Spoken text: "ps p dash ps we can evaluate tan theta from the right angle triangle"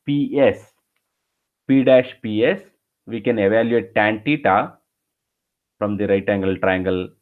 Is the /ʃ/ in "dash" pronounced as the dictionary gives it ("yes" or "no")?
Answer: yes